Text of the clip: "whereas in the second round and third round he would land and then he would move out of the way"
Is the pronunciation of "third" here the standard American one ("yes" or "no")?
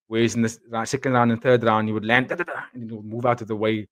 yes